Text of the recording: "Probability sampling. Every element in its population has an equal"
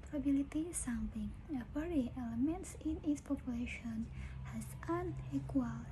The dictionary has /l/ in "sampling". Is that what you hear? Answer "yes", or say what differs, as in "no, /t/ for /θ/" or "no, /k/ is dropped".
no, /l/ is dropped